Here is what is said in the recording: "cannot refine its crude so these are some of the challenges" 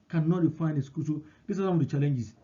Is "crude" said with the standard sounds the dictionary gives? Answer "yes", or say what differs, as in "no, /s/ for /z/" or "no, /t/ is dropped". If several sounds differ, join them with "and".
no, /ɹ/ is dropped